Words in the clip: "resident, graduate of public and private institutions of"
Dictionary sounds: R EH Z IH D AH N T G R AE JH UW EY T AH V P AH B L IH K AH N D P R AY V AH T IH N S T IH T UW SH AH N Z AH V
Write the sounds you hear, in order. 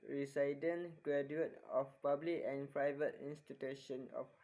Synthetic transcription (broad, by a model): R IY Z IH D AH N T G R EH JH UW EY T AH F P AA B L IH K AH N P R AY V AH T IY N S T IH T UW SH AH N AH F